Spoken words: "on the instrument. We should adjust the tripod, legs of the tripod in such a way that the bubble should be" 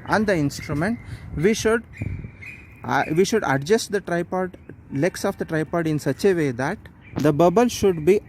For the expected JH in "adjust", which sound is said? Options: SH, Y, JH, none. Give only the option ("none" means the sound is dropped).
SH